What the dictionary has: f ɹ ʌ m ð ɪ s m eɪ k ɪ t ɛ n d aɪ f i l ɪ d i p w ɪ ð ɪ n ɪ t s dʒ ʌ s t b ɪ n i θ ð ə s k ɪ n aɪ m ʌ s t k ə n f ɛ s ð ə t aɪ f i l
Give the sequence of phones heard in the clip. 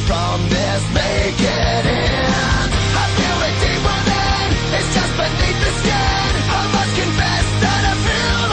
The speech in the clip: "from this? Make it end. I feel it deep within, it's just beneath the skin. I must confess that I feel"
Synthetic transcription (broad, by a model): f ɹ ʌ m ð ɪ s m eɪ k ɪ t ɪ n aɪ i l ɪ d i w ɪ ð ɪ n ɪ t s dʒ ʌ s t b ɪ n i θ ð ə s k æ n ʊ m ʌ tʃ k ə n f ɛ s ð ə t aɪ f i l